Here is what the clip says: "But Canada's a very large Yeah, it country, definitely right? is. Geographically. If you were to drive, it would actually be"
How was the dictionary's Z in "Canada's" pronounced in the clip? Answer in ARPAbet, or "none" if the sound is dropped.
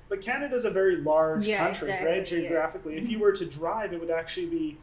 Z